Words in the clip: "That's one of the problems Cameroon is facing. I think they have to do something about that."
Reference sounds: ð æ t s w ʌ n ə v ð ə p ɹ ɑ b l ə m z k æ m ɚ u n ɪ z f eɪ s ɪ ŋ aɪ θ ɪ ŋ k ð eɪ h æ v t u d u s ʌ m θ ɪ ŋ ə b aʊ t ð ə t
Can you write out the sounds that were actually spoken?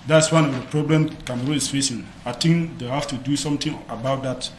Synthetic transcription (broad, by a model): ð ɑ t s w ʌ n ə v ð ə p ɹ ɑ b l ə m k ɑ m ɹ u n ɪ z f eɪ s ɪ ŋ aɪ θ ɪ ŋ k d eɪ h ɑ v t u d u s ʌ m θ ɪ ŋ ə b aʊ t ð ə t